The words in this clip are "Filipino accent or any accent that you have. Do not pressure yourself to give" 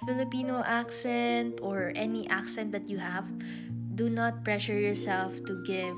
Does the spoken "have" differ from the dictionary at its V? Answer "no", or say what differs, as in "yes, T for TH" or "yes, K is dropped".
no